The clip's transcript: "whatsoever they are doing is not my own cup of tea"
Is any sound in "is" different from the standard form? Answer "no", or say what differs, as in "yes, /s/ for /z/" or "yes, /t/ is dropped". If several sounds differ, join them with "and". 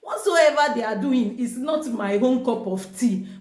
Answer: yes, /s/ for /z/